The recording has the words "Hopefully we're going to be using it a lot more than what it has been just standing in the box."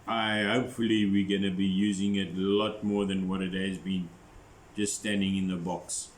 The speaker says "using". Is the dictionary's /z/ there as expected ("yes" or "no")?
yes